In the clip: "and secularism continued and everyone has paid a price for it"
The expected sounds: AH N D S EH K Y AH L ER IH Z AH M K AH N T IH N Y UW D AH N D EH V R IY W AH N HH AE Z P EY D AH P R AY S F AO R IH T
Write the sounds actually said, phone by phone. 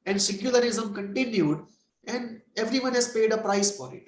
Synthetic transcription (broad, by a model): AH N D S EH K Y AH L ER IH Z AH M K AH N T IH N Y UW D AH N D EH V R IY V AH N HH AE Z P EY D AH P R AY S F AO R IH T